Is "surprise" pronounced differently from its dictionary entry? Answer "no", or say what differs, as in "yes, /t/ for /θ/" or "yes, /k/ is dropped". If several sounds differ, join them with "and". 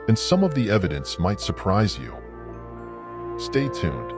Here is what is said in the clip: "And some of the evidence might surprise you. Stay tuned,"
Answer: no